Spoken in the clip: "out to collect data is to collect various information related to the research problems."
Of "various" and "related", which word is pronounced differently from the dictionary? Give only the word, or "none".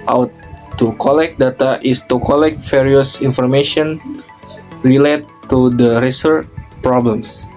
various